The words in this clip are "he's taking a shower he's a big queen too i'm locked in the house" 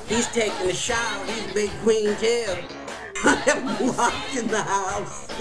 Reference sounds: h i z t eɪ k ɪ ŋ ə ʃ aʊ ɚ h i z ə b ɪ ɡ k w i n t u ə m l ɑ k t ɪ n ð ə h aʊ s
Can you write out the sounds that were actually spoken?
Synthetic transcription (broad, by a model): h i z t eɪ k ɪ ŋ ə ʃ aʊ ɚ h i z b ɪ ɡ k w i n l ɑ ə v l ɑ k ɪ n ð ə h aʊ s